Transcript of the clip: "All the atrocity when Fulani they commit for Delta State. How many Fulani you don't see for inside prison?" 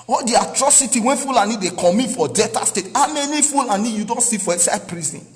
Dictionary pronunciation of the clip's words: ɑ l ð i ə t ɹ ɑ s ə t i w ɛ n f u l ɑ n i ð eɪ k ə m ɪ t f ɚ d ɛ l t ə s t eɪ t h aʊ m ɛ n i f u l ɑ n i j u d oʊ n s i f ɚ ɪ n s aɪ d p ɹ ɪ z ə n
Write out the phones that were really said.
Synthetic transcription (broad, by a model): ɑ l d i ə t ɹ ɑ s ə t i w ɛ n f u l ɑ n i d eɪ k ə m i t f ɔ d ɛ t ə s t eɪ t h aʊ m ɛ n i f u l ɑ n i j u d oʊ n s i f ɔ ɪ s aɪ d p ɹ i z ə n